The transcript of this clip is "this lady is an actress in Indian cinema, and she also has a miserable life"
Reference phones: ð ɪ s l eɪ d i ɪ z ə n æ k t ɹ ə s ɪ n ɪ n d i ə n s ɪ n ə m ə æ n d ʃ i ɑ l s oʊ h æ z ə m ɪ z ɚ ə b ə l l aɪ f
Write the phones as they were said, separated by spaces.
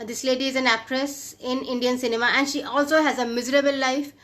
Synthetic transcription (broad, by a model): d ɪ s l eɪ d i ɪ z ə n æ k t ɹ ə s ɪ n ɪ n d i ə n s ɪ n ə m ə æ n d ʃ i ɑ l s oʊ h æ z ə m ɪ z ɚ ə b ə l l aɪ f